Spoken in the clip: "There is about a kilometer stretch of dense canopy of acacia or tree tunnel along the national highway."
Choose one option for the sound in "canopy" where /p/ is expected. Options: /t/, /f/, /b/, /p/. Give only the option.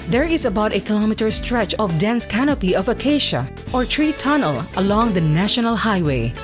/p/